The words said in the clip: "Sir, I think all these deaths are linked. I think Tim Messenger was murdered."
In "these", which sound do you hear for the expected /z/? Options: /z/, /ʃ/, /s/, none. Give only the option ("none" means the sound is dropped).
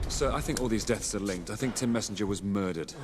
/z/